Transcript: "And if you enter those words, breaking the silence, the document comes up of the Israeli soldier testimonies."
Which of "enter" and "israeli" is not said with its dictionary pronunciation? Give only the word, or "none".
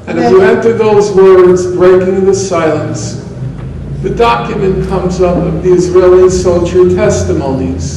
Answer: none